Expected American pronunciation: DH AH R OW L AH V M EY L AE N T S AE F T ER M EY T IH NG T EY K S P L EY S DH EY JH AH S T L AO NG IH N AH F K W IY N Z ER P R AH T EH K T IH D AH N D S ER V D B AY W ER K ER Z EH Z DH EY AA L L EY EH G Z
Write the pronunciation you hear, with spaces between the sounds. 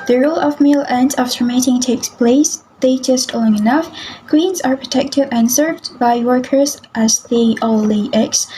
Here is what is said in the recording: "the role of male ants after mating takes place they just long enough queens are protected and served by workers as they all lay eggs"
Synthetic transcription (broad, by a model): DH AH R OW L AH V M EY L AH N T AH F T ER M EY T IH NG T EY K S P L EY S DH EY JH AH S T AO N IH N AH F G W IY N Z ER P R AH T EH K T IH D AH N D S ER V D B AY W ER K ER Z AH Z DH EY AA L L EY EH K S